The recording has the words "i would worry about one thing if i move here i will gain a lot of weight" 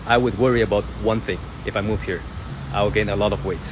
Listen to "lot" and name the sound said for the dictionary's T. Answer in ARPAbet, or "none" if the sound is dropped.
T